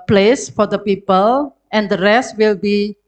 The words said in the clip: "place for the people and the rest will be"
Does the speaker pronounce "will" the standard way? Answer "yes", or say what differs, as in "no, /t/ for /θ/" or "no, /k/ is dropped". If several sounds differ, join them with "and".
yes